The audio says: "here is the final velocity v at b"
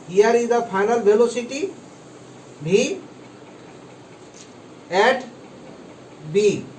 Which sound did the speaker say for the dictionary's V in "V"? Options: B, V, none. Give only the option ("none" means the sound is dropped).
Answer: B